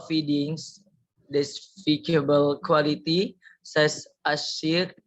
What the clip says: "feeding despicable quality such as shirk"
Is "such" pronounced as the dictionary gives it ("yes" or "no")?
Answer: no